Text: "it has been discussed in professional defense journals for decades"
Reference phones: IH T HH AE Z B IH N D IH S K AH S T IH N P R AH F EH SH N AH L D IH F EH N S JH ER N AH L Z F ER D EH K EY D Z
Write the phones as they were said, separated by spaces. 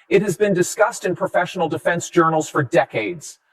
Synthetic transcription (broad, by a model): IH T HH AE Z B IH N D IH S K AH S T IH N P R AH F EH SH N L D IH F EH N S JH ER N L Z F ER D EH K EY D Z